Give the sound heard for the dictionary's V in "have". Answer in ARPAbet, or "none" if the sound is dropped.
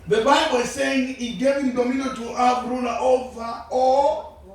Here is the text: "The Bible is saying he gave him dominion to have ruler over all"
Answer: B